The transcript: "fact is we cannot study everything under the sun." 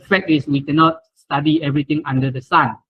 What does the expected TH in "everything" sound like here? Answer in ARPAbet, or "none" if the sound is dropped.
T